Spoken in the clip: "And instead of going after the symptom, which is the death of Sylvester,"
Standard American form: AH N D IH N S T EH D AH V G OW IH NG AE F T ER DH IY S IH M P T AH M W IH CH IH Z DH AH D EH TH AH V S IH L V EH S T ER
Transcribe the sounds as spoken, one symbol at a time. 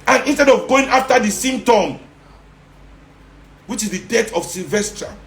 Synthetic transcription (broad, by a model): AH N IH N S T EH D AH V G OW IH NG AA F T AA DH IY S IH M T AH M W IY CH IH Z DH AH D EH T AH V S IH L V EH S T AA